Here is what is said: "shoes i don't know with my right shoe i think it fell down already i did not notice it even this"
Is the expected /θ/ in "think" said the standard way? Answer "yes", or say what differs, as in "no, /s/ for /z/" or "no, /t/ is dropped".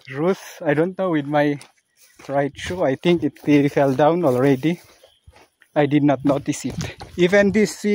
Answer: no, /t/ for /θ/